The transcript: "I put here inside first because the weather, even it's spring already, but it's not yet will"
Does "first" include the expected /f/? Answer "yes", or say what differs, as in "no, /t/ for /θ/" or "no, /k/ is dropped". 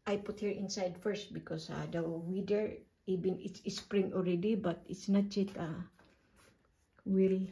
yes